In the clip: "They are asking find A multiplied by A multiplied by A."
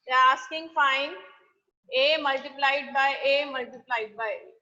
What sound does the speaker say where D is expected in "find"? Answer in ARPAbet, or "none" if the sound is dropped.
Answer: none